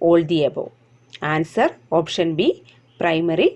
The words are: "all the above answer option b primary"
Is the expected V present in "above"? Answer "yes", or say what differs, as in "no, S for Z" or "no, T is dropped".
no, V is dropped